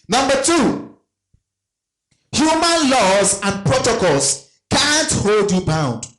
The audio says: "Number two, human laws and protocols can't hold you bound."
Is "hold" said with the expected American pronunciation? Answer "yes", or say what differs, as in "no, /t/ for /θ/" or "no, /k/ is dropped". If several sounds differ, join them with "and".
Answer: yes